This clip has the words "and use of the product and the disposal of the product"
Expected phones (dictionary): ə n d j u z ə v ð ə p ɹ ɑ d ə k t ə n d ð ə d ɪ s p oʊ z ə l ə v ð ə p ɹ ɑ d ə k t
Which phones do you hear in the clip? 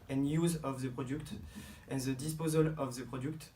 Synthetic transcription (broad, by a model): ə n j u z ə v ð ə p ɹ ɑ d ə k t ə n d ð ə d ɪ s p oʊ z ə l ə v ð ə p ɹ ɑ d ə k t